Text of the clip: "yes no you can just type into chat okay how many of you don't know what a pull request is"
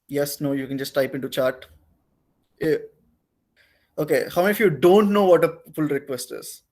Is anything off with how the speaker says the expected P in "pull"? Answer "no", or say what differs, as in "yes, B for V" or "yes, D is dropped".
yes, F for P